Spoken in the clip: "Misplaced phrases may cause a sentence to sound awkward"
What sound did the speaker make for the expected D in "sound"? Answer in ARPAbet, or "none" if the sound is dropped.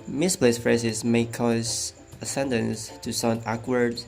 none